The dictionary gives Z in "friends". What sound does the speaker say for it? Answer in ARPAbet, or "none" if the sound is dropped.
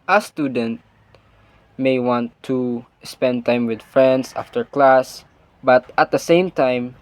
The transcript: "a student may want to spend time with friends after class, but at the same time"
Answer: S